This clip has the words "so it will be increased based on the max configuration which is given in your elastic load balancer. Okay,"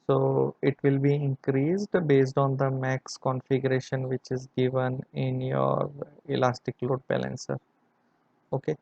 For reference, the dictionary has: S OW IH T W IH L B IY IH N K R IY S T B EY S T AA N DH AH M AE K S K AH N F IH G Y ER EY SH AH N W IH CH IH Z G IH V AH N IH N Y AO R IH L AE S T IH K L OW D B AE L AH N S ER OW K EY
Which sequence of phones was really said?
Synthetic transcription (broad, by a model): S OW IH T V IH L B IY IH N K R IY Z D B EY S T AA N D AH M AE K S K AH N F IH G Y ER EY SH AH N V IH CH IH Z G IH V AH N IH N Y AO R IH L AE S T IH K L OW D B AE L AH N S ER OW K EY